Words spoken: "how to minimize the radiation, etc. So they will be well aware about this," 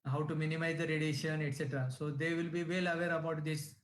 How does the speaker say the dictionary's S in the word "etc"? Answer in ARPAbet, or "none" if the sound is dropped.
S